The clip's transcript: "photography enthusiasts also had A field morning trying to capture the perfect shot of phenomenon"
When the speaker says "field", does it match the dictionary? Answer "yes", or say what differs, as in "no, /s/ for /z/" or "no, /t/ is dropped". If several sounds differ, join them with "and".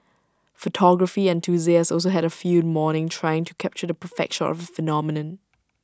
no, /l/ is dropped